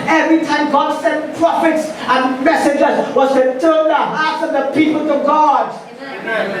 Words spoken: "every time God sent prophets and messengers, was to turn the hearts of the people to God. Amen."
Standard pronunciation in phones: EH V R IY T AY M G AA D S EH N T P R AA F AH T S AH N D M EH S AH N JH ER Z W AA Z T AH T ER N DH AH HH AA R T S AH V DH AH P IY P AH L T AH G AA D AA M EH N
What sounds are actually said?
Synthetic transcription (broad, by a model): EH V R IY T AY M G AA D S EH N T P R AA F AH T S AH N M EH S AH JH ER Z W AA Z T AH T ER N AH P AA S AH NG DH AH P IY P AH L T AH G AA D